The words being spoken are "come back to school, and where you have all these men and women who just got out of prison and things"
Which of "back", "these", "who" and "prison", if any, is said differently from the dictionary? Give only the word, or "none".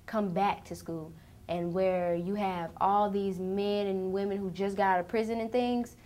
none